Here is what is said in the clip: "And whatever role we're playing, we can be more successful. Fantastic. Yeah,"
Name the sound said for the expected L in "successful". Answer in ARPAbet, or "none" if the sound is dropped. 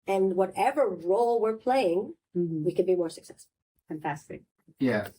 N